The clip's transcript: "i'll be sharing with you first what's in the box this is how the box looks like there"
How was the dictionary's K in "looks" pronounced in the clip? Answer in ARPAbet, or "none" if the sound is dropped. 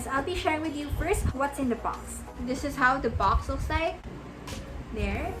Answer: none